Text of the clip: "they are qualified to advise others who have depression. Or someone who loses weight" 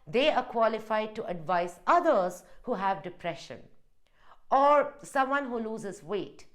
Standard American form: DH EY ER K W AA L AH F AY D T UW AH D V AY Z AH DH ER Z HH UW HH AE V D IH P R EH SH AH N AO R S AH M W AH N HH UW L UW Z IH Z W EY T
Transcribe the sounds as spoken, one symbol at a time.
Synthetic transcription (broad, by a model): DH EY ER K W AA L AH F AY D T UW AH D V AY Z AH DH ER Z HH UW HH AE V D IH P R EH SH AH N AO R S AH M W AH N HH UW L UW Z IH Z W EY T